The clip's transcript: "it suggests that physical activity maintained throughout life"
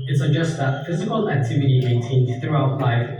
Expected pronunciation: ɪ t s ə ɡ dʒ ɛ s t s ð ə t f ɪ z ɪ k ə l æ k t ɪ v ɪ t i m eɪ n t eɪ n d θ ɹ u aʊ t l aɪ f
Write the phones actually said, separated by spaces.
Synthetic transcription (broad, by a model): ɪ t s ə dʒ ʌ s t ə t f ɪ z ɪ k ə l æ k t ɪ v ɪ t i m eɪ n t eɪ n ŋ θ ɹ u aʊ t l aɪ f